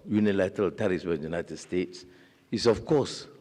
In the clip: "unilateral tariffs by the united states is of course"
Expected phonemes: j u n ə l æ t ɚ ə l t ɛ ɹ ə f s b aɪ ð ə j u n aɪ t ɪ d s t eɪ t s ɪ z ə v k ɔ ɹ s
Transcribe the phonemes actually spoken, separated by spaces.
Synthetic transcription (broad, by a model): j u n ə l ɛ t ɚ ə l t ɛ ɹ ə s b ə j u n aɪ t ɪ d s t eɪ t s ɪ s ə f k ɔ s